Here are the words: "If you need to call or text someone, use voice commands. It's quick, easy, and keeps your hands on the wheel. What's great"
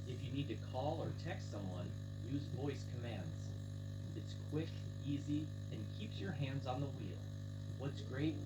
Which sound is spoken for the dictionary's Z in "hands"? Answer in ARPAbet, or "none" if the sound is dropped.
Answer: Z